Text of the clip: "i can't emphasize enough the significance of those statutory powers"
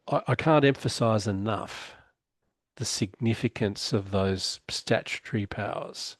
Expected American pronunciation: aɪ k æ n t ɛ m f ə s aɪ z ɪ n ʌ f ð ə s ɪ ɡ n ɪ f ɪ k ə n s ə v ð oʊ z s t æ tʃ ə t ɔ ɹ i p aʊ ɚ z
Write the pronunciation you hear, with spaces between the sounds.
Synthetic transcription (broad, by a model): aɪ k æ n t ɛ m f ə s aɪ z ɪ n ʌ f ð ə s ɪ ɡ n ɪ f ɪ k ə n s ə v ð oʊ z s t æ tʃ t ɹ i p aʊ ɚ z